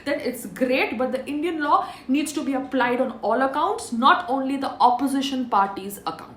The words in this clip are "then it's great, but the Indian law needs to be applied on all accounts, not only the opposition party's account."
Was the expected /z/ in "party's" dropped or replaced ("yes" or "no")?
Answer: no